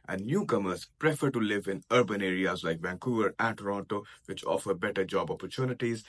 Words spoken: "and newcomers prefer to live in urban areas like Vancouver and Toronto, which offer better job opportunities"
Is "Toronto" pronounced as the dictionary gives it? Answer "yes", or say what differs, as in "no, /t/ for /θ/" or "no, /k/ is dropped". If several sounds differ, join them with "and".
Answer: yes